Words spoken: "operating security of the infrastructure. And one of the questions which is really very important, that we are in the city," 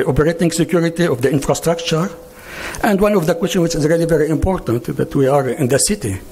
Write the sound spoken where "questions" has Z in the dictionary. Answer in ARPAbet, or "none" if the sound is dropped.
none